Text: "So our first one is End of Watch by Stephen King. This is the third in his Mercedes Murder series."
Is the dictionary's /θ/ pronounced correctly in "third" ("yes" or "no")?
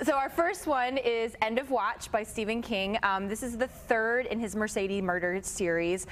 yes